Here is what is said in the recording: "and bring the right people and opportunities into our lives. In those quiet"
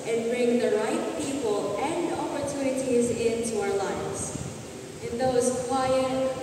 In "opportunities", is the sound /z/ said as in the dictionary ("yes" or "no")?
yes